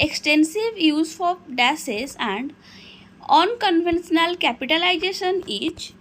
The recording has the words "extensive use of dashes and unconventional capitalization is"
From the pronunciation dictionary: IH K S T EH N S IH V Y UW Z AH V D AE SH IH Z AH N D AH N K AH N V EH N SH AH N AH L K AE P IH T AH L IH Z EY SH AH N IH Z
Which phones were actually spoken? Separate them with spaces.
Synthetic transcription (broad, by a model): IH K S T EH N S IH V Y UW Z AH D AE S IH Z AH N D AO N K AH N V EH N S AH N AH L K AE P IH T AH L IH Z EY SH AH N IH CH